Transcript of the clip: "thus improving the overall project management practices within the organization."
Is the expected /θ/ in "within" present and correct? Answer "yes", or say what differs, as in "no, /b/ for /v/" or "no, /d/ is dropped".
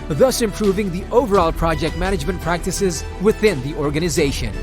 yes